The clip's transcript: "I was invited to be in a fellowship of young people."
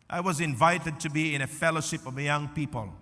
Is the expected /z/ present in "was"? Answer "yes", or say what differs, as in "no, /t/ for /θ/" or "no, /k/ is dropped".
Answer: yes